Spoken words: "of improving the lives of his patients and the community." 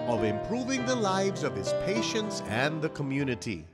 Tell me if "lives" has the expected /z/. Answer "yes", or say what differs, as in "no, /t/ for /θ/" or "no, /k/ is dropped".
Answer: yes